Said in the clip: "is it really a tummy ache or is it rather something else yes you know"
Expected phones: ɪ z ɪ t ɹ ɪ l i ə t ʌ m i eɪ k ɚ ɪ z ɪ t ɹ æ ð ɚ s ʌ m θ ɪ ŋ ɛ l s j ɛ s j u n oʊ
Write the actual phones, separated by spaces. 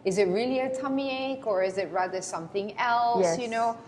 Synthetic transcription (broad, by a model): ɪ z ɪ t ɹ ɪ l i ə t ʌ m i eɪ k ɚ ɪ z ɪ t ɹ æ ð ɚ s ʌ m θ ɪ ŋ ɛ l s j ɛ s j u n oʊ